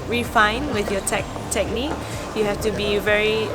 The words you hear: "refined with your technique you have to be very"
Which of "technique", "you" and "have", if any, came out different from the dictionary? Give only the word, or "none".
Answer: have